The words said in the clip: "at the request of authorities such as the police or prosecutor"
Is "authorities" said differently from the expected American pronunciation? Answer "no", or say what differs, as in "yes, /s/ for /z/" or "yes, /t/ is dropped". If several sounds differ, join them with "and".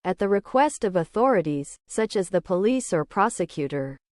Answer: no